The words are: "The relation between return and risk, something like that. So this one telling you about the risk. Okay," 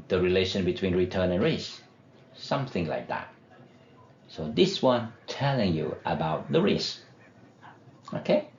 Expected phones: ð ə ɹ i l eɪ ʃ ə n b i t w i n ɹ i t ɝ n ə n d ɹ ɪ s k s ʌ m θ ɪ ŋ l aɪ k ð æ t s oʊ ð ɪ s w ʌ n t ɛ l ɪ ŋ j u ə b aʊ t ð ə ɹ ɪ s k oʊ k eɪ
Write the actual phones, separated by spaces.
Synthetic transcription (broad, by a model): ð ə ɹ i l eɪ ʃ ə n b i t w i n ɹ i t ɝ n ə n ɹ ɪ s s ʌ m θ ɪ ŋ l aɪ k ð æ t s oʊ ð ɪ s w ʌ n t ɛ l ɪ ŋ j u ə b aʊ t ð ə ɹ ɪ s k oʊ k eɪ